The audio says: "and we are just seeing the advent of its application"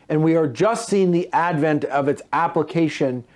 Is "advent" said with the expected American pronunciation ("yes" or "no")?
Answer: yes